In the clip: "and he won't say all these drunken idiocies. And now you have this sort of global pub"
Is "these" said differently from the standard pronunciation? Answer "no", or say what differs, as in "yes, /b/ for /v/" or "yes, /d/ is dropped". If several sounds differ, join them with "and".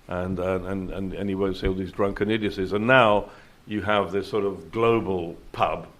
no